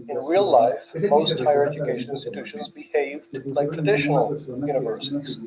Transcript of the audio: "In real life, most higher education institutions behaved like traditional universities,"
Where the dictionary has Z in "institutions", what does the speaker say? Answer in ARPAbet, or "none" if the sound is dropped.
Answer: Z